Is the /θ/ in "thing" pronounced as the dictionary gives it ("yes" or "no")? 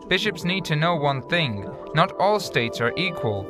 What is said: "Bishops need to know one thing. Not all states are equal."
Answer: yes